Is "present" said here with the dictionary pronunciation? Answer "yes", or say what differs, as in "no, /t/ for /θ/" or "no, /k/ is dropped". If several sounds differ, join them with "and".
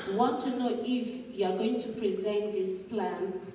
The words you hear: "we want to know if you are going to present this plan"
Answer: yes